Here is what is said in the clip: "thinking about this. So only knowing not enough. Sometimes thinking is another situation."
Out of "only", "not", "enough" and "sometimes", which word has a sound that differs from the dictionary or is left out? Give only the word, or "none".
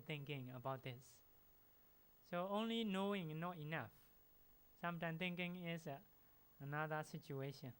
sometimes